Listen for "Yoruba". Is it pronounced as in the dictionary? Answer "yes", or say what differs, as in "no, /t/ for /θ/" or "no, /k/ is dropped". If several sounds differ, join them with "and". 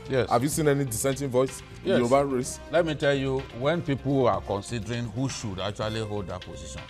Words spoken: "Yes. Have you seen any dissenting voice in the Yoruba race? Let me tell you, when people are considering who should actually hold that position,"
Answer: no, /ɹ/ is dropped